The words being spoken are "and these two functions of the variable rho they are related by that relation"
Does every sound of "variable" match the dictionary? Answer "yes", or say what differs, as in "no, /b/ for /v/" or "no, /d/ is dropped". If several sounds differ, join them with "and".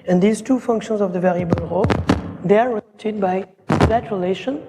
yes